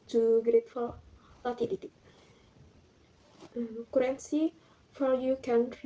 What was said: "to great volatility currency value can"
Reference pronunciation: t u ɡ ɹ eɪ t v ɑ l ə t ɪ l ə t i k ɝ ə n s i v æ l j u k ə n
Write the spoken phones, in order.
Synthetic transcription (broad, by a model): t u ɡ ɹ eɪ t f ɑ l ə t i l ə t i k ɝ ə n s i f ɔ j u k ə n